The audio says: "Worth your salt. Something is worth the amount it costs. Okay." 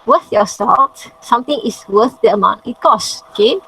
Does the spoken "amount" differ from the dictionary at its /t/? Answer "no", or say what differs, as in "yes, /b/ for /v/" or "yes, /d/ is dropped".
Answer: yes, /t/ is dropped